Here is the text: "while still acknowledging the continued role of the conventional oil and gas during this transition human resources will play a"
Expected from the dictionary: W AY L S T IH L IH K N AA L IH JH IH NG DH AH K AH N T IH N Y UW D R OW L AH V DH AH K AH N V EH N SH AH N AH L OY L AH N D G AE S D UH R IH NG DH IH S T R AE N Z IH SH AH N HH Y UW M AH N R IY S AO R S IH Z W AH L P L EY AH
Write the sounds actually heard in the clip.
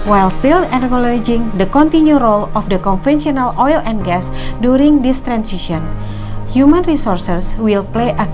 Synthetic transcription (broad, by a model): W AY L S T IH L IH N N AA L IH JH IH NG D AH K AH N T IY N Y UW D R OW L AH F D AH K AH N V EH N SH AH N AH L OY L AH N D G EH S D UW R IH NG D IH S T R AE N S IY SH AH N HH Y UW M AH N R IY S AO R S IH S W AH L P L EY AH